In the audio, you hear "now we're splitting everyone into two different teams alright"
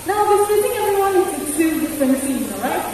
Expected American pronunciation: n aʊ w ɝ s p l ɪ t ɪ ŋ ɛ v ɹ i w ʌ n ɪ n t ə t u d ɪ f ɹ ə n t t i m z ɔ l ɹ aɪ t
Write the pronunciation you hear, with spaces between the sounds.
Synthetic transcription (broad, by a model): n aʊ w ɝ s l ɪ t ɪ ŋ ɛ v ɹ i w ʌ n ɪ t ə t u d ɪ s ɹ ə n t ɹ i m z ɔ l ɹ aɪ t